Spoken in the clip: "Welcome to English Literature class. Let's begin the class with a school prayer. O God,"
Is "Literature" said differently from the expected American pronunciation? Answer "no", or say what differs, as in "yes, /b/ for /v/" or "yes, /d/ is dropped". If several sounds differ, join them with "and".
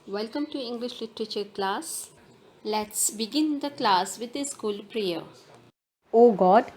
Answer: no